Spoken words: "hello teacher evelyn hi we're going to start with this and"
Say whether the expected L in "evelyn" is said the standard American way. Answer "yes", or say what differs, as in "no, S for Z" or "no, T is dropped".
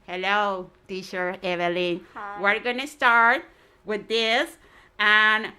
yes